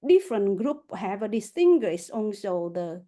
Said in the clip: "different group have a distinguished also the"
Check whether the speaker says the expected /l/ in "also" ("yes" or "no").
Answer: no